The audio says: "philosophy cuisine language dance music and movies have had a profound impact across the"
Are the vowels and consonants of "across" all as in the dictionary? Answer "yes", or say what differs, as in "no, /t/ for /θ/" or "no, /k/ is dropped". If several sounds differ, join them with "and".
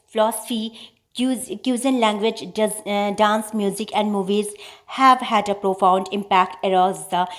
no, /k/ is dropped